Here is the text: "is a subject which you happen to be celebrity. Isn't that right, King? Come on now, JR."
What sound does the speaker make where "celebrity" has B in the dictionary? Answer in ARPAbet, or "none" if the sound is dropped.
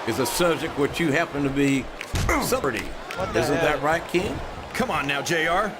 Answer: none